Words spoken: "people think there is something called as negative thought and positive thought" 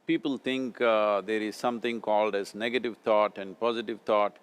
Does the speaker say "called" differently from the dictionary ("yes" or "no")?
no